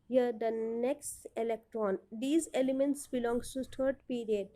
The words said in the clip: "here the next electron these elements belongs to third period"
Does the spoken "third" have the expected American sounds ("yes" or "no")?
no